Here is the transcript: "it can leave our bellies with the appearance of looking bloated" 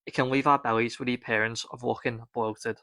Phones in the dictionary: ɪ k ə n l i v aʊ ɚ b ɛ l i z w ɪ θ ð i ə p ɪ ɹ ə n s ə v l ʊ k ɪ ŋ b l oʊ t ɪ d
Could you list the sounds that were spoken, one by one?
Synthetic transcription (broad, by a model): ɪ k ə n l i v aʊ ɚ b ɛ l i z w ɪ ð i p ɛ ɹ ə n s ə v w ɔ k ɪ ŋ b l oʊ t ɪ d